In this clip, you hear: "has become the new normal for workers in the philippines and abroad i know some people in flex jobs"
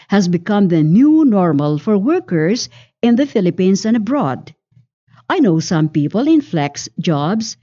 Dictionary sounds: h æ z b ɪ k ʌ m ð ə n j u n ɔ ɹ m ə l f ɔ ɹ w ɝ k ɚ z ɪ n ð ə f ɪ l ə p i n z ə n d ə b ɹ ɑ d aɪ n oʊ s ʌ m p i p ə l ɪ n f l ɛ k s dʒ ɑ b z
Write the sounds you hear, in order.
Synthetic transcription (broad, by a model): h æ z b ɪ k ʌ m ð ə n j u n ɔ ɹ m ə l f ɔ ɹ w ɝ k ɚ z ɪ n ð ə f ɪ l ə p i n s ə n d ə b ɹ ɑ d aɪ n oʊ s ʌ m p i p ə l ɪ n f l ɛ k s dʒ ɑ b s